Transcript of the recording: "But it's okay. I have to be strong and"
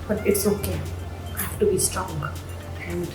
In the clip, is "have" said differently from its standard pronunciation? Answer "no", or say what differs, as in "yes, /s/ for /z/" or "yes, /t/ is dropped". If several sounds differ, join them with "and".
yes, /f/ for /v/